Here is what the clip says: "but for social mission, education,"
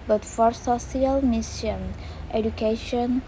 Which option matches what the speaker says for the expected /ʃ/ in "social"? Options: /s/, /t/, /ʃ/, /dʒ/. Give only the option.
/s/